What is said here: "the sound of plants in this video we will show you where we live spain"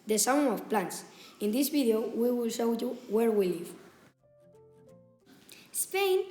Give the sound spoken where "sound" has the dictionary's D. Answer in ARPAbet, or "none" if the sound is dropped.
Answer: none